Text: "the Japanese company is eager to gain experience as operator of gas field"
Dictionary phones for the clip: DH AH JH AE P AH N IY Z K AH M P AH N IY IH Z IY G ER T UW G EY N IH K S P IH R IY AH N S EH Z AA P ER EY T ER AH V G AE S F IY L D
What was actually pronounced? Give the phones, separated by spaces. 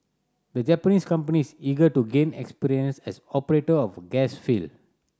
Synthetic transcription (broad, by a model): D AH JH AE P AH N IY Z K AH M P AH N IY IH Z IY G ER T UW G EY N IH K S P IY R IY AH N S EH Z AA P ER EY T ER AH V G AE S F IY L